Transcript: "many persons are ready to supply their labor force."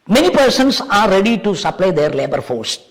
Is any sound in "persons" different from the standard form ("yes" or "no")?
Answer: yes